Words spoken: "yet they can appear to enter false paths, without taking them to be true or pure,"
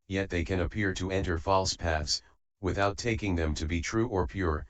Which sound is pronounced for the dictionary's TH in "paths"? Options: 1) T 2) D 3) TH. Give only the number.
3